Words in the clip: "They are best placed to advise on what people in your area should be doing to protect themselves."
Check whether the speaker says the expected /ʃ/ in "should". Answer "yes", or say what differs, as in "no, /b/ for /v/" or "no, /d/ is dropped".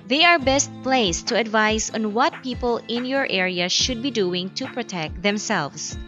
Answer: yes